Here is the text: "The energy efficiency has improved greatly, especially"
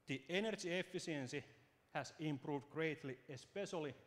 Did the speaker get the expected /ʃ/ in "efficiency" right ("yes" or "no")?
no